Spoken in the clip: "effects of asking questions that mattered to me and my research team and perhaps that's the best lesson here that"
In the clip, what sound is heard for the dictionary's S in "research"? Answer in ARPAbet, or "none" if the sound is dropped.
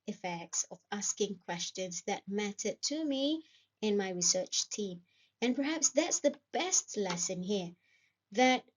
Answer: S